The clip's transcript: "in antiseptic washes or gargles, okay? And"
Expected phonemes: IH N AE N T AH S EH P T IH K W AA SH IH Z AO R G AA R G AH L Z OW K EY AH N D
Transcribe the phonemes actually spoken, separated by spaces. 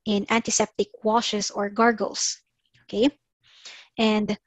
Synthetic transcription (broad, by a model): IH N AE N T AH S EH P T IH K W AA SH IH S AO R G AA R G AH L S OW K EY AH N D